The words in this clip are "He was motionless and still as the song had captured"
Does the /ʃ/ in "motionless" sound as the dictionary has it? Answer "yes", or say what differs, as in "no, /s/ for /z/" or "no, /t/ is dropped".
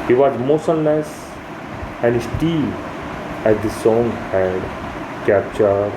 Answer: no, /s/ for /ʃ/